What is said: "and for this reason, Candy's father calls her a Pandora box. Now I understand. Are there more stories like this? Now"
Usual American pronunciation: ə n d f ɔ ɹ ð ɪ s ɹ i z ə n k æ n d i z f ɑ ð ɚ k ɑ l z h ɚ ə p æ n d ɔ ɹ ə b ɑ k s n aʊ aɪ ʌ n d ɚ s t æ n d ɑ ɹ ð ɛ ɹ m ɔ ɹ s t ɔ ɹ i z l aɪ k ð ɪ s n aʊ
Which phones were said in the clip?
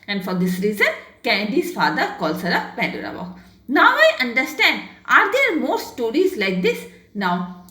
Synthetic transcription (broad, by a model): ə n d f ɔ ɹ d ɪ s ɹ i z ə n k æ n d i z f ɑ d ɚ k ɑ l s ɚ ə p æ n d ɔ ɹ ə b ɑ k n aʊ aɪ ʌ n d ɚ s t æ n d ɑ ɹ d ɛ ɹ m ɔ ɹ s t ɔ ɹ i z l aɪ k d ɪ s n aʊ